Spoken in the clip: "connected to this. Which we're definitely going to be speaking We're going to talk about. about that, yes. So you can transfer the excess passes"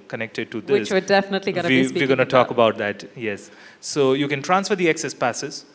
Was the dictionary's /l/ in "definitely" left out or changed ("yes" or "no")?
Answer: no